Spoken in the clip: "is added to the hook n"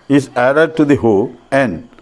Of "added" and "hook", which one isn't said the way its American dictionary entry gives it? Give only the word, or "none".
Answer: hook